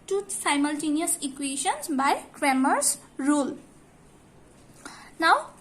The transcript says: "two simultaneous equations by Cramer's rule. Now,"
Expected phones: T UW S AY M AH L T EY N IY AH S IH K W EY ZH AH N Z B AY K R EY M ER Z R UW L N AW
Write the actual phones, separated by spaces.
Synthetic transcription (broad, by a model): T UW S AY M AH L T EY N IY AH S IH K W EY SH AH N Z B AY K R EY M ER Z R UW L N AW